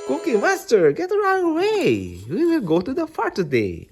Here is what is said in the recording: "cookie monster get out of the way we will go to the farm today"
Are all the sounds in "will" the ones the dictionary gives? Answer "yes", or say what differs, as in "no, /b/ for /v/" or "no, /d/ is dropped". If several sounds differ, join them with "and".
yes